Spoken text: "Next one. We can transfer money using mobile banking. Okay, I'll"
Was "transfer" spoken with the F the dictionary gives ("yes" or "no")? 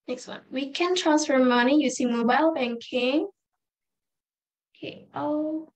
yes